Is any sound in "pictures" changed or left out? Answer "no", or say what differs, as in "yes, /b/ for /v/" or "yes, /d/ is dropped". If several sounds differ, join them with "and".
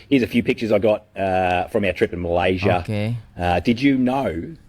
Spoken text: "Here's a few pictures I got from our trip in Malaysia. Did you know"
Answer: no